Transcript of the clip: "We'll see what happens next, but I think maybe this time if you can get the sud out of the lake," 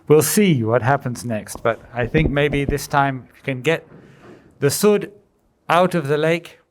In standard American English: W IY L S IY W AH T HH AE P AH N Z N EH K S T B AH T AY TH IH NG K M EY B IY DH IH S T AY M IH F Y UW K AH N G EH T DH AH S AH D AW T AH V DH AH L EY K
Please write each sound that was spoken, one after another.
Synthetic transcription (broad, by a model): W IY L S IY W AH T HH AE P AH N Z N EH K S T B AH T AY TH IH NG K M EY B IY DH IH S T AY M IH K AH N G EH T DH AH S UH D AW T AH V DH AH L EY K